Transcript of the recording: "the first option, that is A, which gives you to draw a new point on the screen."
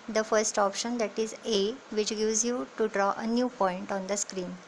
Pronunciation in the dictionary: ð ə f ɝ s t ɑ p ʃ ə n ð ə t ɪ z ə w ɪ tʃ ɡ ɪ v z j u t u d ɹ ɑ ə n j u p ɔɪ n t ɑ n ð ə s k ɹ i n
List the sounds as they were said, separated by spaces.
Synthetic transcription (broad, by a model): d ə f ɝ s t ɑ p ʃ ə n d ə t ɪ z ə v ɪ tʃ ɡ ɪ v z j u t u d ɹ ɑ ə n j u p ɔɪ n t ɑ n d ə s k ɹ i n